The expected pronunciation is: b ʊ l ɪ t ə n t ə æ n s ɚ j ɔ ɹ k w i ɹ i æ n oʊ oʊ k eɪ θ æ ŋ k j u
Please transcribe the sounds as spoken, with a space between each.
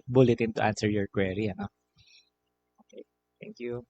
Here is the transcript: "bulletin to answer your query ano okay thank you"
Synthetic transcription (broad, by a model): b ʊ l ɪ t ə n t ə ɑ n s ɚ j ɔ ɹ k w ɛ ɹ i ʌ n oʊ oʊ k eɪ t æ ŋ k j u